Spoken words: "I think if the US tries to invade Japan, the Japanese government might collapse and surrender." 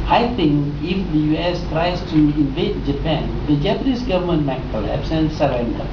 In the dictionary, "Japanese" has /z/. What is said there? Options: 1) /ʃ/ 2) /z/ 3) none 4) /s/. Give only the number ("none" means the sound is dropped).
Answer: 4